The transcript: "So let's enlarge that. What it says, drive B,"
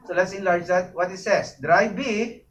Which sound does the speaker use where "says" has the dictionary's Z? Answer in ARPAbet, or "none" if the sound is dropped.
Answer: S